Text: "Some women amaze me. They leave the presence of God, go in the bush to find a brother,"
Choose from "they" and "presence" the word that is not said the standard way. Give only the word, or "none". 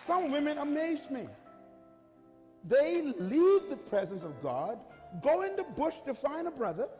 none